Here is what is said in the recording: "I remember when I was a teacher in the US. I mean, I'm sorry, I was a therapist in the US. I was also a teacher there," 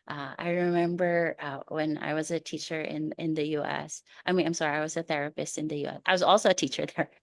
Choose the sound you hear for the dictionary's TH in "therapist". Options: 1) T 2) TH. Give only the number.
2